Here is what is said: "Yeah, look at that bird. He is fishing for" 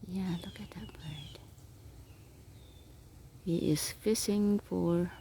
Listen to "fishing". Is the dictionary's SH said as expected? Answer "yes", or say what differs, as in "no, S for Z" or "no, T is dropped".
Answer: no, S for SH